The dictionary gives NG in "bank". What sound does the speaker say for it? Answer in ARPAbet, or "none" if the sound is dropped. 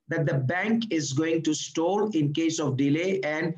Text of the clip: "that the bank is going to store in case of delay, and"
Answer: NG